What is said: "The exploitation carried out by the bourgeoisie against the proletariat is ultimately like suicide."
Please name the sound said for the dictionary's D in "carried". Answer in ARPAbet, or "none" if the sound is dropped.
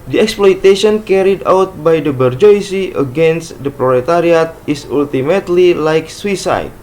D